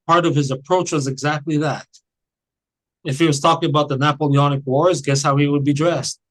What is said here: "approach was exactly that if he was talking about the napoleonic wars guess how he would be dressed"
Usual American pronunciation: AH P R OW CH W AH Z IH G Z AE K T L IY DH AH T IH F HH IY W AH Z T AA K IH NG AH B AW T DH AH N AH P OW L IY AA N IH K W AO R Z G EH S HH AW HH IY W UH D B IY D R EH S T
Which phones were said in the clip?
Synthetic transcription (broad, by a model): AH P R OW CH W AH Z IH G Z AE K T L IY DH AH T IH F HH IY W AH Z T AA K IH NG AH B AW T DH AH N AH P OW L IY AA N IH K W AO R Z G EH S HH AW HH IY W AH D B IY D R EH S T